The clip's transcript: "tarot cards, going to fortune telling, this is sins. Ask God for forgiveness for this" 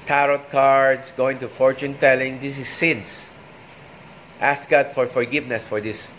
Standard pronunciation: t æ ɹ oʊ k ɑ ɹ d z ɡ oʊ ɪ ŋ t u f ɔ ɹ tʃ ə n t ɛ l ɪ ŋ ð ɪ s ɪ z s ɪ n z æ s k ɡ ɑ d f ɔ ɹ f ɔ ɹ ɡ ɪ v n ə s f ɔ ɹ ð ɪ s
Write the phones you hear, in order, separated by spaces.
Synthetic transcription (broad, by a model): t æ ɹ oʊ k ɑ ɹ d s ɡ oʊ ɪ ŋ t u f ɔ ɹ tʃ ə n t ɛ l ɪ ŋ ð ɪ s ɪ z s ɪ n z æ s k ɡ ɑ d f ɔ ɹ f ɔ ɹ ɡ ɪ v n ə s f ɔ ɹ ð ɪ s